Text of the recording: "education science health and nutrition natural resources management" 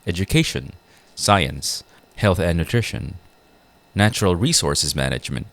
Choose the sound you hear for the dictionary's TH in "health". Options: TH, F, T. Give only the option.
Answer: TH